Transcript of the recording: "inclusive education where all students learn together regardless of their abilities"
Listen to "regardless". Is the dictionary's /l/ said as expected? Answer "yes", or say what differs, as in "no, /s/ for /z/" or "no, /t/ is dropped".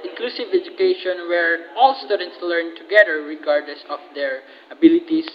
yes